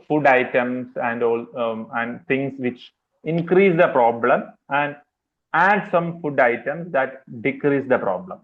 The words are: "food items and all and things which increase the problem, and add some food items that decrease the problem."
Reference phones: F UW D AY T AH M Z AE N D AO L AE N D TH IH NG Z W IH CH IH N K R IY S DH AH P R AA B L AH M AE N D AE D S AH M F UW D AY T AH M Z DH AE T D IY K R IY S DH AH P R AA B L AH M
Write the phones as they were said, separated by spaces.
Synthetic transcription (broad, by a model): F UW D AY T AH M S AE N D AO L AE N D T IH NG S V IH CH IH N K R IY S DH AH P R AA B L AH M AE N D AE D S AH M F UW D AY T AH M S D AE T D IY K R IY S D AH P R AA B L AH M